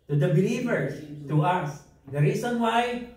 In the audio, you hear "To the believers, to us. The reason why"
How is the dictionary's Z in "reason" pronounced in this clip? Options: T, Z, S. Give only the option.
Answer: S